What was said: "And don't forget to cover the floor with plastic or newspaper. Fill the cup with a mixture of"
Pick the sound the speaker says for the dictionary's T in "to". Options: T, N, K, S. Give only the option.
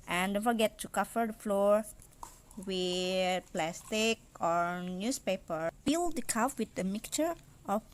T